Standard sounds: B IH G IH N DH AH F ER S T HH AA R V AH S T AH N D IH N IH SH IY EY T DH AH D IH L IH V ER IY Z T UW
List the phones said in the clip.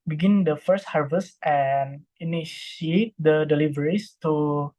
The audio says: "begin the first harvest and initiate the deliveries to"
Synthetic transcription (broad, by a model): B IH G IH N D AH F ER S T HH AA R V AH S T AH N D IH N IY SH IY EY T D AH D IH L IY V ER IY S T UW